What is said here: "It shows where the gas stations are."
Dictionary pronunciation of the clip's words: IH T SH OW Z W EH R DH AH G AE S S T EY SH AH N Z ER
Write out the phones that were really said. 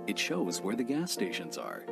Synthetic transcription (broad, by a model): IH T SH OW Z W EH R DH AH G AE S S T EY SH AH N Z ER